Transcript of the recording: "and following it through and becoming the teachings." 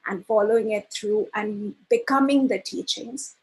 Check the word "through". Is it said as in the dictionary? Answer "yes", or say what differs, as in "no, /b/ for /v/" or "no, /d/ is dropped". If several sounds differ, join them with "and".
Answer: no, /t/ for /θ/